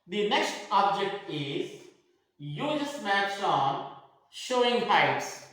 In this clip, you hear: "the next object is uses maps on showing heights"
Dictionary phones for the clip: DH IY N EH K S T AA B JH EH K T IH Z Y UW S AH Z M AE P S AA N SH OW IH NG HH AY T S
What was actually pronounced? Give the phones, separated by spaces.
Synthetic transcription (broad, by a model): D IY N EH K S T AA B JH EH K T IH Z Y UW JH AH S M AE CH AA N SH OW IH NG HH AY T S